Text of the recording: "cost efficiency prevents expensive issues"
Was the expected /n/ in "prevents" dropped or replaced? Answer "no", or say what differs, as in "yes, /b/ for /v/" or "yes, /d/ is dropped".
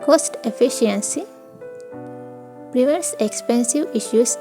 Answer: yes, /n/ is dropped